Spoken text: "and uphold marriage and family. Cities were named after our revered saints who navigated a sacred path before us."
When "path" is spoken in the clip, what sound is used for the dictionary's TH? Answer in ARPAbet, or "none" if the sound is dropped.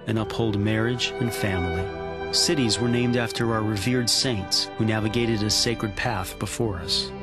TH